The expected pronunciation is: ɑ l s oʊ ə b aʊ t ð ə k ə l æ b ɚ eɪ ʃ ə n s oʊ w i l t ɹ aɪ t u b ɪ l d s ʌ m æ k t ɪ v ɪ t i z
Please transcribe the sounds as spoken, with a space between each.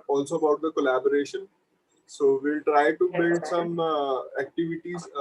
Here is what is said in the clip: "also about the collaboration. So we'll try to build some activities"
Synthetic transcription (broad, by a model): ɑ l s oʊ ə b aʊ t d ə k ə l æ b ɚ eɪ ʃ ə n s oʊ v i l t ɹ aɪ t u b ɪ d s ʌ m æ k t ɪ v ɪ t i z